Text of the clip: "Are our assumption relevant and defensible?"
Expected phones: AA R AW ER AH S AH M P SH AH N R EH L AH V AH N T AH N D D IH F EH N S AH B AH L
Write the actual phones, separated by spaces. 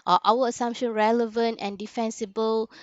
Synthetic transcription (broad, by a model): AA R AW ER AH S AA M P SH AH N R EH L AH V AH N T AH N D D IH F EH N S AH B AH L